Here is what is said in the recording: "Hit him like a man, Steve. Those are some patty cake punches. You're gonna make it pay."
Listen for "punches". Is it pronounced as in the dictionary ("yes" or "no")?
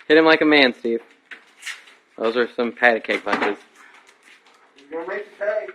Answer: no